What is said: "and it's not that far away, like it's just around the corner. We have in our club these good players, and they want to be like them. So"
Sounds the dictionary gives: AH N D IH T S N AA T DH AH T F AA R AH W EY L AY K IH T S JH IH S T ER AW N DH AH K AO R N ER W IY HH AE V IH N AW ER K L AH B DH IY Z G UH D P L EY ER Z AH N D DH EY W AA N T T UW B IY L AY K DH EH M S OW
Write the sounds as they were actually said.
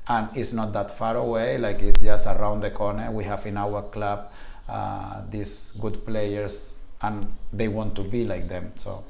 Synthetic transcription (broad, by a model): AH N IH T S N AA T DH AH T F AA R AH W EY L AY K IH T S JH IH S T AW N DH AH K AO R N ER W IY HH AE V IH N AW ER K L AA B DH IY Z G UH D P L EY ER S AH N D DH EY W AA N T T UW B IY L AY K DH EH M S OW